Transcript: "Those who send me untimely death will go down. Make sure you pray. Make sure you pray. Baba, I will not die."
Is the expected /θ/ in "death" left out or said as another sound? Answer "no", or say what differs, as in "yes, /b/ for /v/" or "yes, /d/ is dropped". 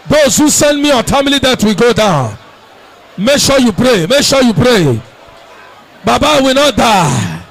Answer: yes, /t/ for /θ/